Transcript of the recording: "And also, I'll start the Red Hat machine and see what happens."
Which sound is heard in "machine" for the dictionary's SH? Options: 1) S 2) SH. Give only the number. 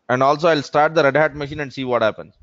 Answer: 2